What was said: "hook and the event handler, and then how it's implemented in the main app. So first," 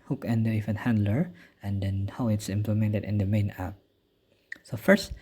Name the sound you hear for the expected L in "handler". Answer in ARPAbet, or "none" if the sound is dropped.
L